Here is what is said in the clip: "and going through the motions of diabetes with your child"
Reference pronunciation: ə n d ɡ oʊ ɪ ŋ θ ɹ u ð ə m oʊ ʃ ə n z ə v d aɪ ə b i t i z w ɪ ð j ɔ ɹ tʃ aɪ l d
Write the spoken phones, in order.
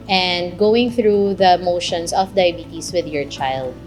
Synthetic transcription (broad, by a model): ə n d ɡ oʊ ɪ ŋ θ ɹ u ð ə m oʊ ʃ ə n s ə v d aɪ b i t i s w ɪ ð j ɔ ɹ tʃ aɪ l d